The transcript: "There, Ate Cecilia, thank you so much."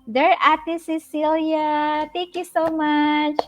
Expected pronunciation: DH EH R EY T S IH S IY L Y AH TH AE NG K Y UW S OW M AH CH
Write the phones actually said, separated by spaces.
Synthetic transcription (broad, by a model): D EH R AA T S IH S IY L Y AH T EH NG K Y UW S OW M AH CH